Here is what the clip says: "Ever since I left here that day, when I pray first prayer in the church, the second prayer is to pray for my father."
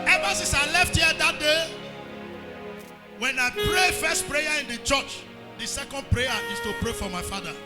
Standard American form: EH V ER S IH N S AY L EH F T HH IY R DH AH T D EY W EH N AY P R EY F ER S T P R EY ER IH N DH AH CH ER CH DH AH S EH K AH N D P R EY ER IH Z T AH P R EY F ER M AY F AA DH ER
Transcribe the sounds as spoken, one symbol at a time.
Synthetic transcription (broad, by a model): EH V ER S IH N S AY L EH F T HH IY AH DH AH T D EY W EH N AY P R EY F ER S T P R EY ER IH N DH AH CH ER CH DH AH S EH K AH N D P R EY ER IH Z T AH P R EY F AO M AY F AA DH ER